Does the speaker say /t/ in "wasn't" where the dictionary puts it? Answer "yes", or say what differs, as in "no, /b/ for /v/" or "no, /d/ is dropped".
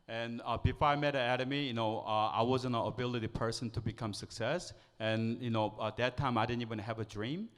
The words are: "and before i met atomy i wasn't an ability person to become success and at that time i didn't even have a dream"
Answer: no, /t/ is dropped